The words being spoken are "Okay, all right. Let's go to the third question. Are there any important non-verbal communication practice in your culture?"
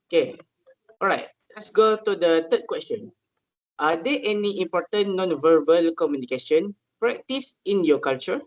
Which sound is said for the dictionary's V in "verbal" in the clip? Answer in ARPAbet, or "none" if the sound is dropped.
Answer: V